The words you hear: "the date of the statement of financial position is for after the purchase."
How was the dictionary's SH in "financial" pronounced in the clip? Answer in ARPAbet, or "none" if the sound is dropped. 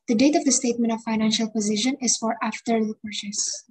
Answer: SH